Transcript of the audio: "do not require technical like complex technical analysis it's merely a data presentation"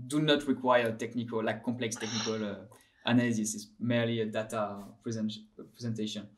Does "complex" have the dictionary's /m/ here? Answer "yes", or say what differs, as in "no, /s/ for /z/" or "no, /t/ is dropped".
yes